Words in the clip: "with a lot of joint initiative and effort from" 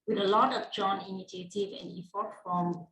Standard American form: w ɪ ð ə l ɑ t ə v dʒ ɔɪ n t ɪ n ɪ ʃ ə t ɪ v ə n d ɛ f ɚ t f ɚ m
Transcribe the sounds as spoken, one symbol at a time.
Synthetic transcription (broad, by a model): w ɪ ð ə l ɑ t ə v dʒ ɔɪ n ɪ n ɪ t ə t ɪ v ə n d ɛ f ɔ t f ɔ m